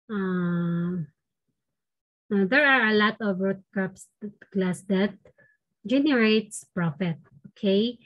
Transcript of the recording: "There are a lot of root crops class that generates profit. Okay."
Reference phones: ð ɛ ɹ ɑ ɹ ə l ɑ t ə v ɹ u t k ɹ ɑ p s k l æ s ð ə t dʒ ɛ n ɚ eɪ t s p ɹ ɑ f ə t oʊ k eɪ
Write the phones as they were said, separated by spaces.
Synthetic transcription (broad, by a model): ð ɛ ɹ ɑ ɹ ə l ɑ t ə v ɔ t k ɑ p s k l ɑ s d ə t dʒ ɛ n ɚ eɪ t s p ɹ ɑ f ə t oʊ k eɪ